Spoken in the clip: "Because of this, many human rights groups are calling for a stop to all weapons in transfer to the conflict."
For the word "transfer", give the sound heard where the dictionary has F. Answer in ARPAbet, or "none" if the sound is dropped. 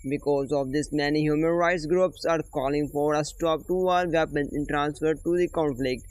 F